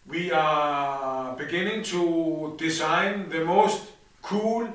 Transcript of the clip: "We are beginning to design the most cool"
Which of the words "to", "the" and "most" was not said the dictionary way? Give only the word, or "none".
none